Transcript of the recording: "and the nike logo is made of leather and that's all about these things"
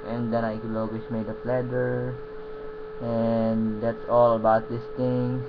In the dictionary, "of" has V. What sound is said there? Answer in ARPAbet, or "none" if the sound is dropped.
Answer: P